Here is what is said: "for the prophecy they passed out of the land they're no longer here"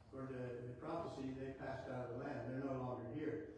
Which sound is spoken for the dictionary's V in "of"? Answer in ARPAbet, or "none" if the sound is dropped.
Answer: V